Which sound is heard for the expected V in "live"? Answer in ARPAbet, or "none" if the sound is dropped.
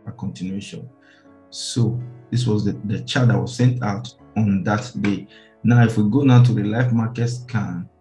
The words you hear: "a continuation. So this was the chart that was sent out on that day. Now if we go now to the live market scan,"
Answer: F